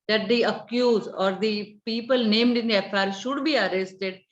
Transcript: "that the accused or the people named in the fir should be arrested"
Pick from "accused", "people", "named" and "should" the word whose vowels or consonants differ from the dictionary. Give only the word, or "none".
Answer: accused